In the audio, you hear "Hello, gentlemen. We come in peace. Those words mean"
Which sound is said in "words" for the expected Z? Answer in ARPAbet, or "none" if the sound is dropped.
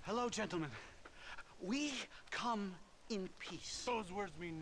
Z